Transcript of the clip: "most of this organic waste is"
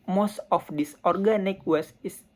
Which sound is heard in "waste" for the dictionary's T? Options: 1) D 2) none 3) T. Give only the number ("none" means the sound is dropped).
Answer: 2